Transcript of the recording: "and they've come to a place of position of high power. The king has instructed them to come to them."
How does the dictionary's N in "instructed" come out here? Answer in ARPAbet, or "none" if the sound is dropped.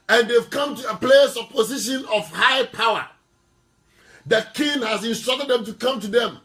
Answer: N